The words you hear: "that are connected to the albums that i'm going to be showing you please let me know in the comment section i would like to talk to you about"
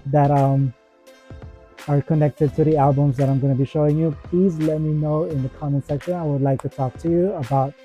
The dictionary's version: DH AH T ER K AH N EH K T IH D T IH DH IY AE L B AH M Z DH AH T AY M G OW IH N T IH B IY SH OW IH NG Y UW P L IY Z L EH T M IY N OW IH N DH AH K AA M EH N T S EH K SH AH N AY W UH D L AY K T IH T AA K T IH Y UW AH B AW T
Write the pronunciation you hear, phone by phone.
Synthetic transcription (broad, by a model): DH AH T ER K AH N EH K T IH D T IH DH IY AE L B AH M Z DH AH T AY M G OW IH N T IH B IY SH OW IH NG Y UW P L IY Z L EH T M IY N OW IH N DH AH K AA M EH N S EH K SH AH N AY W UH D L AY K T IH T AA K T IH Y UW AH B AW T